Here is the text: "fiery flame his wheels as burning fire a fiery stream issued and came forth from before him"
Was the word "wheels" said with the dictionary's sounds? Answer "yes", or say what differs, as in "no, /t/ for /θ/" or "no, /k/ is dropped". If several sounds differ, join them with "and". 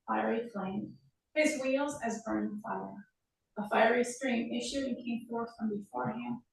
yes